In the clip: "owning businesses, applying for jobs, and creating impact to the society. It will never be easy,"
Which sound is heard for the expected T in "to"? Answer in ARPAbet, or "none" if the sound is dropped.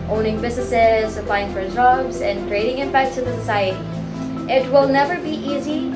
S